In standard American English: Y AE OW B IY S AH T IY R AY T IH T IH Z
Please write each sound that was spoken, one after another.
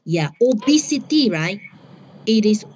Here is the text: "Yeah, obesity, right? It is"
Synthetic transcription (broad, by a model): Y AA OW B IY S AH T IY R AY IH T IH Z